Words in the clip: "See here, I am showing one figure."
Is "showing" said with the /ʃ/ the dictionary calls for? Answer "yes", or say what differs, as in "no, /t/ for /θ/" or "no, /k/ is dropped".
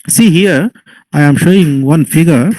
yes